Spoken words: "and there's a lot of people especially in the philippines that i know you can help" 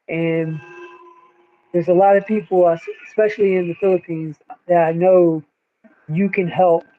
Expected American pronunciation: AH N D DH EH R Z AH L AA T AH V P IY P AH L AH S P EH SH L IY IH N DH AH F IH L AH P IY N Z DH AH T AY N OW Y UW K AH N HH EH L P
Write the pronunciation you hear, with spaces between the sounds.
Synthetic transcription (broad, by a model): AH N DH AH R Z AH L AA T AH V P IY P L AH S P EH SH L IY IH N DH AH F IH L AH P IY N Z DH AH T AY N OW Y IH K AH N HH EH L P